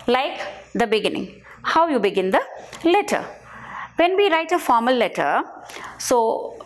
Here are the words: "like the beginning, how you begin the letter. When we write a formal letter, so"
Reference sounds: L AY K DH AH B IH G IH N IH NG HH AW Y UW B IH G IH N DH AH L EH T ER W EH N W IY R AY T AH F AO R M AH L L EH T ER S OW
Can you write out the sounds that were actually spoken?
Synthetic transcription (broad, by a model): L AY K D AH B IH G IH N IH NG HH AW Y UW B IH G IH N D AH L EH T ER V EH N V IY R AY T AH F AO R M AH L L EH T ER S OW